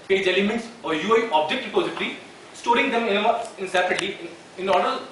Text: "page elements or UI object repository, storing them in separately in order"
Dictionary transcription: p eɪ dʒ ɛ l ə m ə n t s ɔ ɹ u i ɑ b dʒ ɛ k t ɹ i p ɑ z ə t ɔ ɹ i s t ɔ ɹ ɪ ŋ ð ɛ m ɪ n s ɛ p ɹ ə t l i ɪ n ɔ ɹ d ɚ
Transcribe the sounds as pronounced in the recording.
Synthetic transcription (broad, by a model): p eɪ dʒ ɛ l ə m ə n t s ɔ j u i ɑ b dʒ ɛ k t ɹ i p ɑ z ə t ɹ i s t ɔ ɹ ɪ ŋ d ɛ m ɪ n s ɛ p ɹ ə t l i ɪ n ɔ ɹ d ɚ